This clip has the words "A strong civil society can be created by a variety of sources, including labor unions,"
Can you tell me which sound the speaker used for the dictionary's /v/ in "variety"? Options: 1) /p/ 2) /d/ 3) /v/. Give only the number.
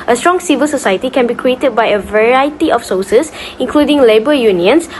3